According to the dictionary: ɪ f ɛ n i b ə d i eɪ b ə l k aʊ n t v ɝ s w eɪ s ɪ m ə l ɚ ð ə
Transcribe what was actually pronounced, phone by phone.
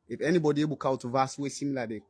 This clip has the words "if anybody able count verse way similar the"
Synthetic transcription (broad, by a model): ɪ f ɛ n i b ə d i eɪ b ə l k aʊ t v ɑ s w eɪ s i m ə l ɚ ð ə